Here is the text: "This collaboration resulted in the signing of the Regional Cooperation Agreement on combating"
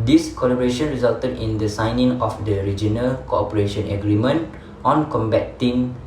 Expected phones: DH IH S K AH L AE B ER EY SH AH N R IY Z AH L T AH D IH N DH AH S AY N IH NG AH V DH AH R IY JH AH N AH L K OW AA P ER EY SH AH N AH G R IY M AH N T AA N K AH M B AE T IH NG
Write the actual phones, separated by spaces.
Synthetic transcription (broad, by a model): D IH S K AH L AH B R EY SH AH N R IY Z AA L T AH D IH N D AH S AY N IH NG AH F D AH R IY JH AH N AH L K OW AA P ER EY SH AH N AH G R IY M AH N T AA N K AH M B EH T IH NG